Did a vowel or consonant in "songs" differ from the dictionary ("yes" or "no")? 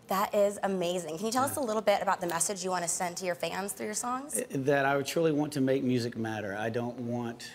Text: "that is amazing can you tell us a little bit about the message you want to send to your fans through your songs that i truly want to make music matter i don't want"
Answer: no